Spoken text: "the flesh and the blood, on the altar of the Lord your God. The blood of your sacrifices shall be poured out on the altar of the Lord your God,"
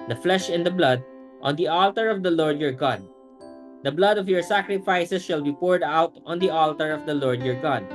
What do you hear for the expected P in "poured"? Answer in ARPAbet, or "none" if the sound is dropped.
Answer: P